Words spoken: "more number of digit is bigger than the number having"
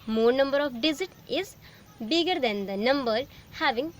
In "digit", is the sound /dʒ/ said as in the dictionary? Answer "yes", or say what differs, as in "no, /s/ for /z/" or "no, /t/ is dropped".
no, /z/ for /dʒ/